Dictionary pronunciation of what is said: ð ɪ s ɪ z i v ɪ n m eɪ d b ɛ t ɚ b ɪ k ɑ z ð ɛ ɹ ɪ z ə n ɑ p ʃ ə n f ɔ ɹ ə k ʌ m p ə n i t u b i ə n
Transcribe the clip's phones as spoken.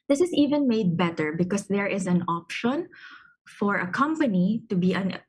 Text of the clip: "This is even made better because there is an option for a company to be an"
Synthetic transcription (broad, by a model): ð ɪ s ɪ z i v ɪ n m eɪ d b ɛ t ɚ b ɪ k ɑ s ð ɛ ɹ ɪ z ə n ɑ p ʃ ə n f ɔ ɹ ə k ʌ m p ə n i t u b i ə n